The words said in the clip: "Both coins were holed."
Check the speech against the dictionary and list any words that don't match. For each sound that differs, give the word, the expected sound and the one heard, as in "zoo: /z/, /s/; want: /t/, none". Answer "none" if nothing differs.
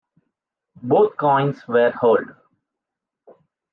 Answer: both: /θ/, /t/